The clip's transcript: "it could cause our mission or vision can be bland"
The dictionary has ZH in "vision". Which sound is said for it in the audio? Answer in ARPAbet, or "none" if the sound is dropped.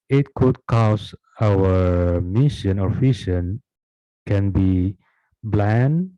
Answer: SH